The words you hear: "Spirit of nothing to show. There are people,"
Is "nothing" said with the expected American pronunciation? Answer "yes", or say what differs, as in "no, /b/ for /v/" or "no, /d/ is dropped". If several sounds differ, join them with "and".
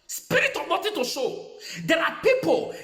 no, /t/ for /θ/